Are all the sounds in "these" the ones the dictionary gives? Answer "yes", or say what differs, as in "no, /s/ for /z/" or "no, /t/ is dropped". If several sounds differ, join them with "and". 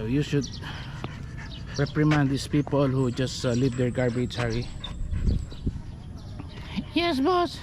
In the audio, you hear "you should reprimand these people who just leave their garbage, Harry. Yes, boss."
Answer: no, /s/ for /z/